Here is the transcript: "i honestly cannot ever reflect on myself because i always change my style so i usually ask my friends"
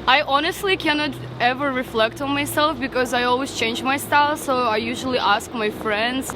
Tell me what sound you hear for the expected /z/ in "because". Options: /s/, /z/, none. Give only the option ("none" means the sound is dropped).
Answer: /z/